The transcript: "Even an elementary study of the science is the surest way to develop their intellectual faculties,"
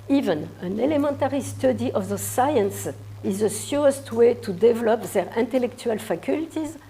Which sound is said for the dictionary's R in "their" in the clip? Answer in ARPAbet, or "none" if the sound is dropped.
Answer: R